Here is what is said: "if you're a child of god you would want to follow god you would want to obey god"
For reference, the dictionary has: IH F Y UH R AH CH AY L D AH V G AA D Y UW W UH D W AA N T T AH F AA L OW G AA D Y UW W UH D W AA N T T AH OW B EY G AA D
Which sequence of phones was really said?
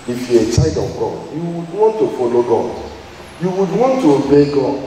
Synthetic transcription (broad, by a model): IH F Y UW AH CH AY D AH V G AA D Y UW W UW D W AA N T T AH F AA L OW G AA D Y UW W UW D W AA N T T AH OW B EY G AA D